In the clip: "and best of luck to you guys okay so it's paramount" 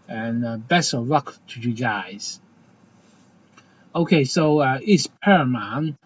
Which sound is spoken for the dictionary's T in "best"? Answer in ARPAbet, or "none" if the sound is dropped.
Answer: none